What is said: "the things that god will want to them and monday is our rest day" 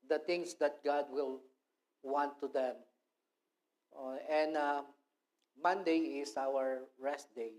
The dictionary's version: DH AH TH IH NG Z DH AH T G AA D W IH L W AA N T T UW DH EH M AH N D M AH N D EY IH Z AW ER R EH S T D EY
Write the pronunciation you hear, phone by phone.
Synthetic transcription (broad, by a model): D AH T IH NG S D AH T G AA D W IH L W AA N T T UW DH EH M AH N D M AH N D EY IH S AW ER R EH S T D EY